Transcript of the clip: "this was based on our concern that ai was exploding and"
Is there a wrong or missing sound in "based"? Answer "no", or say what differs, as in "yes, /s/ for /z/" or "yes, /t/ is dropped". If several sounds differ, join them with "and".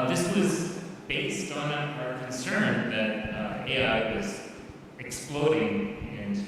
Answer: no